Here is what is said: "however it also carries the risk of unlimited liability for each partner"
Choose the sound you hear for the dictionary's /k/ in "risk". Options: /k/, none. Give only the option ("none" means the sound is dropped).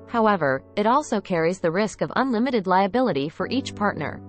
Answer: /k/